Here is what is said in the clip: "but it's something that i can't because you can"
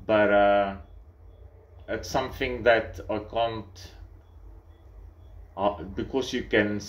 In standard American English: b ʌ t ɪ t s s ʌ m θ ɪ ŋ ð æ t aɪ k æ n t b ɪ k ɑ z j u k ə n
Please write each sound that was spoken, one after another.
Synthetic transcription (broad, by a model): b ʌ t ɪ t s s ʌ m θ ɪ ŋ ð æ t aɪ k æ n t b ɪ k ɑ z j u k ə n